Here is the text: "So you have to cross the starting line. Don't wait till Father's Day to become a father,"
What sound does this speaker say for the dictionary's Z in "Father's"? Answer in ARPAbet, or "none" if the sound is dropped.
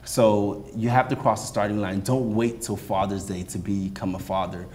Z